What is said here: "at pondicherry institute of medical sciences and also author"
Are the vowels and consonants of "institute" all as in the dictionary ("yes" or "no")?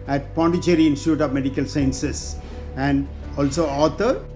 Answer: yes